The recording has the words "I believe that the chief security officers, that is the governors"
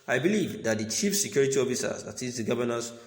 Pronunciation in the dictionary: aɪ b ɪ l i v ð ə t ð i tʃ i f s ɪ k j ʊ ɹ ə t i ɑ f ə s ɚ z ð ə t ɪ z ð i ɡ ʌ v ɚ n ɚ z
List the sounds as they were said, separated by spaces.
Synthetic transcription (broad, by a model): aɪ b ɪ l i v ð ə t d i tʃ i f s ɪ k j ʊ ɹ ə t i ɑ f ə s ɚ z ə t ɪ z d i ɡ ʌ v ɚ n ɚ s